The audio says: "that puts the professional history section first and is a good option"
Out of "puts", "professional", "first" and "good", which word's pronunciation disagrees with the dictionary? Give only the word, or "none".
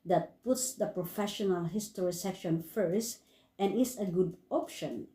none